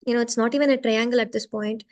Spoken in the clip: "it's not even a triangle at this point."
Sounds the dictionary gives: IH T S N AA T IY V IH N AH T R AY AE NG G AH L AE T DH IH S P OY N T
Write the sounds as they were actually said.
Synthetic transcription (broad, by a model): IH T S N AA T IY V IH N AH T R AY AE NG G AH L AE T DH IH S P OY N T